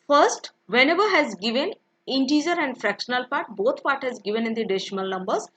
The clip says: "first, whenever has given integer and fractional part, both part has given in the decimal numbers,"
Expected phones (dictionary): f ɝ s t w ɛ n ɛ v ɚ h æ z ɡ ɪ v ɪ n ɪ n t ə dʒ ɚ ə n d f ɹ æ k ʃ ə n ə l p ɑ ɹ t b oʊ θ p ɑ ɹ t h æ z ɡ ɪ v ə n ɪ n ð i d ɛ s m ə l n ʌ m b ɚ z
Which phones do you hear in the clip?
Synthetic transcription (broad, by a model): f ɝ s t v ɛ n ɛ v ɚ h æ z ɡ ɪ v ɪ n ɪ n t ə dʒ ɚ ə n d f ɹ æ k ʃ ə n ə l p ɑ ɹ t b oʊ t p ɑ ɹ t h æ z ɡ ɪ v ə n ɪ n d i d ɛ ʃ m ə l n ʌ m b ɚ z